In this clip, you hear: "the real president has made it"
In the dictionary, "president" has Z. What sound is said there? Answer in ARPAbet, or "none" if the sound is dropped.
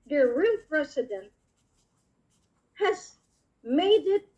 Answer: S